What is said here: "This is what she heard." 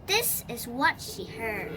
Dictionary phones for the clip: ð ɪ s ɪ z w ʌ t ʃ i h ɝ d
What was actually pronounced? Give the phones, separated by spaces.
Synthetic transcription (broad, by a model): ð ɪ s ɪ z w ʌ t ʃ i h ɝ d